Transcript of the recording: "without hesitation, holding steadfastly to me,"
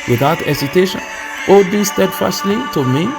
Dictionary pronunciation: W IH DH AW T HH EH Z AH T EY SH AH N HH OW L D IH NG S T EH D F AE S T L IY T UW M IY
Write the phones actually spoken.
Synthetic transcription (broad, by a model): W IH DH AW T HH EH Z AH T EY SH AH N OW D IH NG S T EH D F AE S T L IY T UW M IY